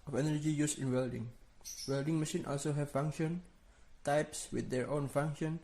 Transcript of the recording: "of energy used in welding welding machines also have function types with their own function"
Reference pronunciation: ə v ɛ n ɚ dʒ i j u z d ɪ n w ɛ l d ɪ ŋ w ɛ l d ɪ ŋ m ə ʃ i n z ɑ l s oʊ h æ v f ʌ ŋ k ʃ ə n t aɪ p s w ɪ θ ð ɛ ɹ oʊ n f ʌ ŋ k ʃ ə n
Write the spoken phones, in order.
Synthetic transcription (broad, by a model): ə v ɛ n ɚ dʒ i j u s ɪ n w ɛ l d ɪ ŋ w ɛ l d ɪ ŋ m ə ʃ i n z ɑ l s oʊ h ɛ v f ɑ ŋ k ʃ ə n t aɪ p s w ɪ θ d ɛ ɹ oʊ n f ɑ ŋ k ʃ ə n